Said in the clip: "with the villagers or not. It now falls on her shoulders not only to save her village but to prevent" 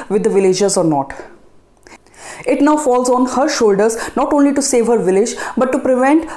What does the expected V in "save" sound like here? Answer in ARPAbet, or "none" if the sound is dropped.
V